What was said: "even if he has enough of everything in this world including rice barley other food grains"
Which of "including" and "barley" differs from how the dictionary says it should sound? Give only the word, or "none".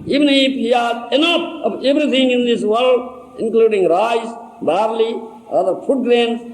none